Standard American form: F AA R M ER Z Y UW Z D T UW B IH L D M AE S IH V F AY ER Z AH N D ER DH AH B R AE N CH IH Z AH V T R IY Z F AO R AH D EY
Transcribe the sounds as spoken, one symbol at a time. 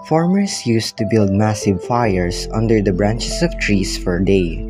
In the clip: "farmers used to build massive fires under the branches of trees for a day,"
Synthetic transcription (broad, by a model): F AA R M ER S Y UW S T UW B IH L D M AE S IH V F AY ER S AH N D ER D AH B R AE N CH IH S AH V T R IY S F AO R D EY